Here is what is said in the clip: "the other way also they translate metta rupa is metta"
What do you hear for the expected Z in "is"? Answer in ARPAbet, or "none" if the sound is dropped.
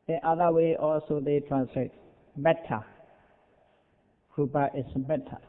S